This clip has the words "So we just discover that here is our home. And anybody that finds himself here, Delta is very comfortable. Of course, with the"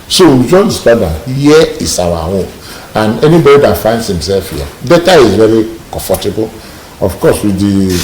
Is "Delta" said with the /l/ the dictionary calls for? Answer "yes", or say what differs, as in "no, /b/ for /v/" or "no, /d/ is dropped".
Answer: no, /l/ is dropped